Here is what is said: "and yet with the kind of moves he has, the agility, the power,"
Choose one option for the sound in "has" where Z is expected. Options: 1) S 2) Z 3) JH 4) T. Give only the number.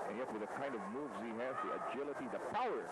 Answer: 1